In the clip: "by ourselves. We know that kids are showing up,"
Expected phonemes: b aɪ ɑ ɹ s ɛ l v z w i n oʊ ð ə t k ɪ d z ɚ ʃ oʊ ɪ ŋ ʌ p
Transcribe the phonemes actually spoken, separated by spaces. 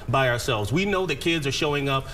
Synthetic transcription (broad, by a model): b aɪ ɑ ɹ s ɛ l v z w i n oʊ ð ə t k ɪ d z ɚ ʃ oʊ ɪ ŋ ʌ p